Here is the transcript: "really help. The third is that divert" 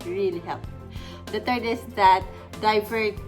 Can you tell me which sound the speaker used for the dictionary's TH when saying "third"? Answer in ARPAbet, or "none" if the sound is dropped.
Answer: T